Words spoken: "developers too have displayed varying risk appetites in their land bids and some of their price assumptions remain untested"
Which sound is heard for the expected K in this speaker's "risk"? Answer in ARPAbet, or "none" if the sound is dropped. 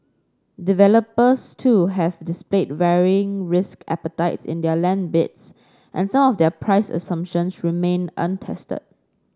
K